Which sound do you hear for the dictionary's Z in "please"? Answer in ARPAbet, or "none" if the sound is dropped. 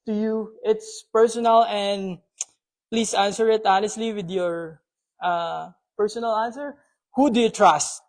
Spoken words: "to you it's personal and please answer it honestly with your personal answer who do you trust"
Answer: S